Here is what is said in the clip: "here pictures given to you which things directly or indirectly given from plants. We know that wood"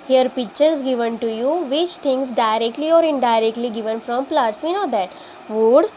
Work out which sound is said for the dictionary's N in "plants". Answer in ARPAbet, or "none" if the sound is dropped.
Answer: none